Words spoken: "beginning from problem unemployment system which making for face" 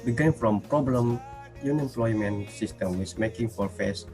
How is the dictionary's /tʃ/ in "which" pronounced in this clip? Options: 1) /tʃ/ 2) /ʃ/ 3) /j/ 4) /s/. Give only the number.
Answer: 4